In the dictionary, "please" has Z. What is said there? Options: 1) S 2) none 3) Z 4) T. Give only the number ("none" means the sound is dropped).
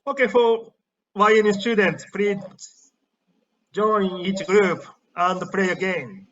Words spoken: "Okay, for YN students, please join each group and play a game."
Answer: 2